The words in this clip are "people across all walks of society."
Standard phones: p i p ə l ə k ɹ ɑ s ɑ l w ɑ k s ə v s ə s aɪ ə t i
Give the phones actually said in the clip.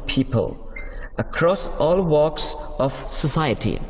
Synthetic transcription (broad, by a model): p i p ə l ə k ɹ ɑ s ɑ l w ɑ k s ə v s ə s aɪ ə t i